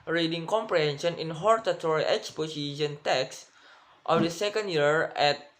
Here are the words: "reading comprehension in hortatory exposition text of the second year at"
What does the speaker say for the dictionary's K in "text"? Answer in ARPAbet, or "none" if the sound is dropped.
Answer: K